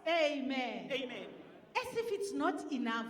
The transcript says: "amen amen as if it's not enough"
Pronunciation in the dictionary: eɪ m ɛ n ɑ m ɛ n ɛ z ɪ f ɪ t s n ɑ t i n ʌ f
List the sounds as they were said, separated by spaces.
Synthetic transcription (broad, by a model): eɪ m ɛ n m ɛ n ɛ s ɪ f ɪ t s n ɑ t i n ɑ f